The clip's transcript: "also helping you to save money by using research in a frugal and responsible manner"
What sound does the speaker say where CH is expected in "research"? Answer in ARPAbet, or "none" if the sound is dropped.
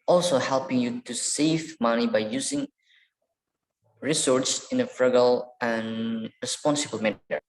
S